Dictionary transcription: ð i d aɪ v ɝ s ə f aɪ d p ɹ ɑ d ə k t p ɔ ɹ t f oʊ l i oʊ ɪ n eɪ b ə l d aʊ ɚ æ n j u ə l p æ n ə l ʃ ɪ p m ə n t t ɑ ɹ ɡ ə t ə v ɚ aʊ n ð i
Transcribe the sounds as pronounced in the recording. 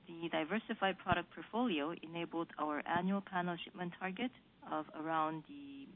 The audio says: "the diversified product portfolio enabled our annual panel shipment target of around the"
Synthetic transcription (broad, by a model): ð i d aɪ v ɝ s ə f aɪ d p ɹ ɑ d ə k p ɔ ɹ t f oʊ l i oʊ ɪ n eɪ b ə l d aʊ ɚ æ n j u ə l p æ n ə l ʃ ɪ p m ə n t t ɑ ɹ ɡ ə t ə v ɚ aʊ n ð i